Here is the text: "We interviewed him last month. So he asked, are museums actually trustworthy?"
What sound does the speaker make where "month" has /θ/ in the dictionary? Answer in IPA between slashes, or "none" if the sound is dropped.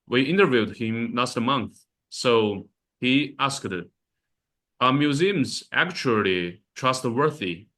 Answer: /θ/